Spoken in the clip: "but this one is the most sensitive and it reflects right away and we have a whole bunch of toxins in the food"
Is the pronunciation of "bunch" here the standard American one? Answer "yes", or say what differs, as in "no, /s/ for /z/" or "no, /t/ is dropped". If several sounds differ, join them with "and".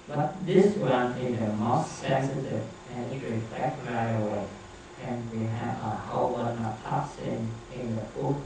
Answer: no, /tʃ/ is dropped